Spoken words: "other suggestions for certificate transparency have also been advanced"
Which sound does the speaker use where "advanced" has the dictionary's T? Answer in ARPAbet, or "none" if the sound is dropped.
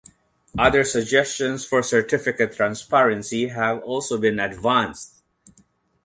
T